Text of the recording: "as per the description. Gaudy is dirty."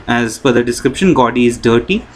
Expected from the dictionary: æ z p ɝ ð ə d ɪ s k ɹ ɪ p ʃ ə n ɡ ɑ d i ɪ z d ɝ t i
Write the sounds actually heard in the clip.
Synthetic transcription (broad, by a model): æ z f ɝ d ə d ɪ s k ɹ ɪ p ʃ ə n ɡ ɑ d i ɪ z d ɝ t i